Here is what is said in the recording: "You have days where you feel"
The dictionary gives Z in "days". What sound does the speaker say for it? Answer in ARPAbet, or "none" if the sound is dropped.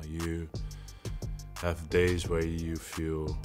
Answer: Z